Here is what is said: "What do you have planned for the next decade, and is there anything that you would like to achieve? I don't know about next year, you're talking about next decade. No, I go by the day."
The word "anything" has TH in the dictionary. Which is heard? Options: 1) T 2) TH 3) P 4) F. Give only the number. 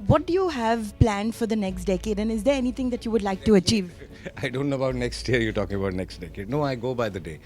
1